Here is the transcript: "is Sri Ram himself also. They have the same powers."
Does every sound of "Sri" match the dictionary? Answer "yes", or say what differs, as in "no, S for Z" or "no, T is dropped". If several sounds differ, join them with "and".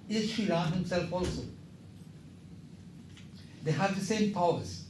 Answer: no, R is dropped